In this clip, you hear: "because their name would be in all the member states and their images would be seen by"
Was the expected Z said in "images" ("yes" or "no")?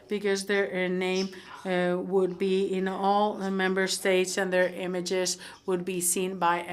yes